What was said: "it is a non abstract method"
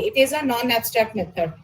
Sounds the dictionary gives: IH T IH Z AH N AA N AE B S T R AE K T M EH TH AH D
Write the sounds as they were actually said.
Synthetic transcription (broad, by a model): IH T IH Z AH N AA N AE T S T EH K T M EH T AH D